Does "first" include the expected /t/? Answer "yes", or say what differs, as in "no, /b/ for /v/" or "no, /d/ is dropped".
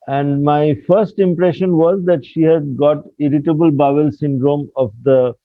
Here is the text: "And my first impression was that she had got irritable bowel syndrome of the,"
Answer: yes